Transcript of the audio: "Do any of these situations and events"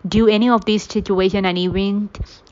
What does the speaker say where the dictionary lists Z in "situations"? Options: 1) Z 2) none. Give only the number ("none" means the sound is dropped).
2